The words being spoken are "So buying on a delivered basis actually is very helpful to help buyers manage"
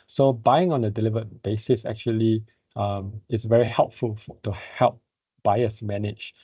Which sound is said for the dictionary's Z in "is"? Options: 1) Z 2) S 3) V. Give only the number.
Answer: 2